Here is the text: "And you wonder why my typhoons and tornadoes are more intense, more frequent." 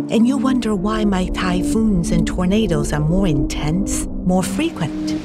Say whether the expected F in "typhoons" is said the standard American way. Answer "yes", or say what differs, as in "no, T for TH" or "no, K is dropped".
yes